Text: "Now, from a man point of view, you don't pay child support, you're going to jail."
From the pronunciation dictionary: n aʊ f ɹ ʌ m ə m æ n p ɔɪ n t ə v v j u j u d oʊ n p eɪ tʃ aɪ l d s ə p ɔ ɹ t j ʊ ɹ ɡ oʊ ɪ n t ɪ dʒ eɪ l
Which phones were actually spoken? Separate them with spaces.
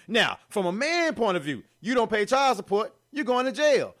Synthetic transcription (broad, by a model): n aʊ f ɹ ʌ m ə m æ n p ɔɪ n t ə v v j u j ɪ d oʊ n p eɪ tʃ aɪ l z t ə p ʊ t j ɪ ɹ ɡ oʊ ɪ n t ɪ dʒ eɪ l